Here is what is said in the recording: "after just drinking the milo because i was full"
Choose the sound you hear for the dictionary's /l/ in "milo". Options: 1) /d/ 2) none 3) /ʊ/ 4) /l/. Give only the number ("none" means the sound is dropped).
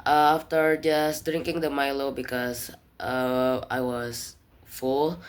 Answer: 4